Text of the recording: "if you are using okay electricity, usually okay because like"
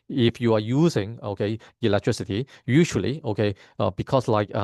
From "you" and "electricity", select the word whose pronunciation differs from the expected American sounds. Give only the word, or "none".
none